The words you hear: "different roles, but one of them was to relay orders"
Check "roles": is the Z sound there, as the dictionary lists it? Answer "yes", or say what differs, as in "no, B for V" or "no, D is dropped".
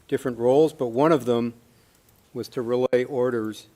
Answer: yes